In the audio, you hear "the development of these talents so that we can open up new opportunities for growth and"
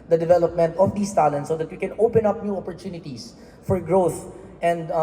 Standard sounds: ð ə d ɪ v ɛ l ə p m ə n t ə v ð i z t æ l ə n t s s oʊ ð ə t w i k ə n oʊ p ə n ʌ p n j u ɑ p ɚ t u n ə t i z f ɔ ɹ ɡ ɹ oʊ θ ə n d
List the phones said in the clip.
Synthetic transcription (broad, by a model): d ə d ɪ v ɛ l ə p m ə n t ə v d i s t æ l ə n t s s oʊ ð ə t w i k ə n oʊ p ə n ʌ p n j u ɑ p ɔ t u n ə t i s f ɔ ɹ ɡ ɹ oʊ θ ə n d